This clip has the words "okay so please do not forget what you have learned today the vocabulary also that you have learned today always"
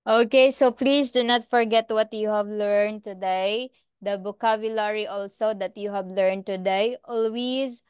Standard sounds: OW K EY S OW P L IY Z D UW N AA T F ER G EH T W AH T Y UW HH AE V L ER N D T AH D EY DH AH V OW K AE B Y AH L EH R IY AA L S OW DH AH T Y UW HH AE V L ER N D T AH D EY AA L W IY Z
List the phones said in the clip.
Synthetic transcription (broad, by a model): OW K EY S OW P L IY S D UW N AA T F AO G EH T W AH T Y UW HH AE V L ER N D T AH D EY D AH B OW K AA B Y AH L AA R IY AA L S OW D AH T Y UW HH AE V L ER N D T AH D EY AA L W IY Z